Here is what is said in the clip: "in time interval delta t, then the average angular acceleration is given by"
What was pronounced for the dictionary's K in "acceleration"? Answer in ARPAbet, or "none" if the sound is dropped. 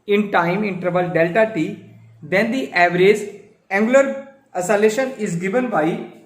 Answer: none